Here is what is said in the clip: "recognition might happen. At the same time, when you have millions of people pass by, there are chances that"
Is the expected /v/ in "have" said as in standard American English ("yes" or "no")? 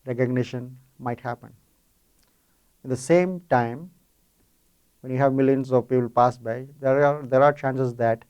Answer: yes